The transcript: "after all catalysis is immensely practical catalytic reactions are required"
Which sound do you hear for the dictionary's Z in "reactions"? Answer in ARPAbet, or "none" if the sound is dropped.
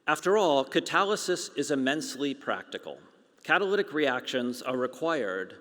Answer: Z